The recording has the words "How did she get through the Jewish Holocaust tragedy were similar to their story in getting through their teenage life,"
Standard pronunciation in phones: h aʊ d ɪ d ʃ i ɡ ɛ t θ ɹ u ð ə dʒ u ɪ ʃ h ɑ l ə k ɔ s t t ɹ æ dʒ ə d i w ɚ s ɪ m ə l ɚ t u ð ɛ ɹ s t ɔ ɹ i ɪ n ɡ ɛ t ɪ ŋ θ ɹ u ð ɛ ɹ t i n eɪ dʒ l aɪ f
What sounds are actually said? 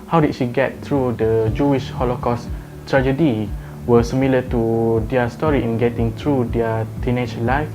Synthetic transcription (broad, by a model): h aʊ d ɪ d ʃ i ɡ ɛ t t ɹ u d ə dʒ u ɪ ʃ h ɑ l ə k ɔ s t t ɹ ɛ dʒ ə d i w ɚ s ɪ m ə l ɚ t u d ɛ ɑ s t ɔ ɹ i ɪ n ɡ ɛ t ɪ ŋ t ɹ u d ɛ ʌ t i n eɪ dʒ l aɪ f